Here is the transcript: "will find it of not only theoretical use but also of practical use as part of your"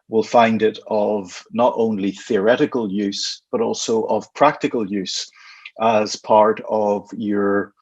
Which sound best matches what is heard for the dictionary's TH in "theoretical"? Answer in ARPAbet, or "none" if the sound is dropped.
TH